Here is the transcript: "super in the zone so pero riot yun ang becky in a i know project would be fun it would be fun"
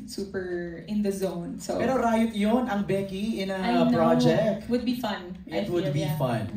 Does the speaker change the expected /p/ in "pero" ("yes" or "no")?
yes